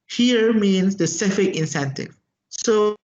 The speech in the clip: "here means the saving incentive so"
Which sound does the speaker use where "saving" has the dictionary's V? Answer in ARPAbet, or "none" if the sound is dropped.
F